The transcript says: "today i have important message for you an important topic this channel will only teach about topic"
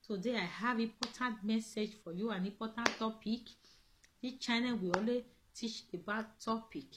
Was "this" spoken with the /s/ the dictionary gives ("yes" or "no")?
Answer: no